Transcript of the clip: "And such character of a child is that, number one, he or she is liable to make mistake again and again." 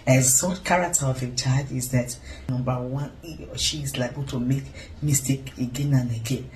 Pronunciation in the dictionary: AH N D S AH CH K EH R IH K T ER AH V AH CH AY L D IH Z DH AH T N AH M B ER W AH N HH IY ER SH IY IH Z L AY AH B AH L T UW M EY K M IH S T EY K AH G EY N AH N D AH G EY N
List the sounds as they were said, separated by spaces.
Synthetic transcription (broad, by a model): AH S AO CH K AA R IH K T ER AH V AH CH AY D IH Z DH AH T N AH M B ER W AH N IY SH IY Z L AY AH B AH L T UW M EY K M IH S T EY K AH G EY N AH N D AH G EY N